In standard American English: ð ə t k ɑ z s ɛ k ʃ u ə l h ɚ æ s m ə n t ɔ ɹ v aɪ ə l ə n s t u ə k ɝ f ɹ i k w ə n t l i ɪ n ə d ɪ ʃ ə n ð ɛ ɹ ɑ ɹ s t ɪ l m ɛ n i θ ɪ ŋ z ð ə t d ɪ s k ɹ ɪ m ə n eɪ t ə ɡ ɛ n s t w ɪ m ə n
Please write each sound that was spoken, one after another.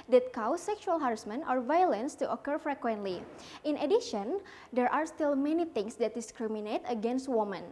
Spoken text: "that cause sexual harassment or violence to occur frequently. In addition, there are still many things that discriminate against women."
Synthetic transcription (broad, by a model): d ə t k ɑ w s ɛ k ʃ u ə l h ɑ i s m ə n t ɔ ɹ v aɪ ə l ə n s t u ə k ɝ f ɹ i k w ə n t l i ɪ n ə d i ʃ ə n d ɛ ɹ ɑ ɹ s t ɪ l m ɛ n i t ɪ ŋ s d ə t d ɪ s k ɹ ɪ m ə n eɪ t ə ɡ ɛ n s t w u m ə n